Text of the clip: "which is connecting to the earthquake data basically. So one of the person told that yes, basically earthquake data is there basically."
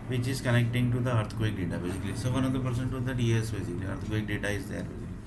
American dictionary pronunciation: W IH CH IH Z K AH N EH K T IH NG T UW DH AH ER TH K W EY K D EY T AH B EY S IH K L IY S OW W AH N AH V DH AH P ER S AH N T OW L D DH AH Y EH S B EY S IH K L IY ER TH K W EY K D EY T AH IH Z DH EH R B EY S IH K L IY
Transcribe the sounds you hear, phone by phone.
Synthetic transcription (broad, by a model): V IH CH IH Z K AH N EH K T IH NG T UW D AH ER T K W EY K D EY T AH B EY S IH K L IY S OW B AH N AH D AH P ER S AH N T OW D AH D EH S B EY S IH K L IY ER T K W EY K D EY T AH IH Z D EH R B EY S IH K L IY